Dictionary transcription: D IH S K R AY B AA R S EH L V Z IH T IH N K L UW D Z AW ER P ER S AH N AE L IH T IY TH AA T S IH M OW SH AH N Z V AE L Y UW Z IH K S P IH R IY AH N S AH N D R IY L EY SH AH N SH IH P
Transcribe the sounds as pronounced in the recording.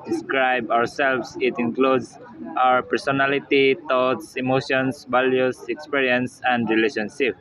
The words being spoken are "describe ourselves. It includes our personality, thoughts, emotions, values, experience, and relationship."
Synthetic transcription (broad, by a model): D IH S K R AY B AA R S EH L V S IH T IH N K L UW D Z AW ER P ER S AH N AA L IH T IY T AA T S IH M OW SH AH N S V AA L Y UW S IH K S P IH R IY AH N S AH N D R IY L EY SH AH N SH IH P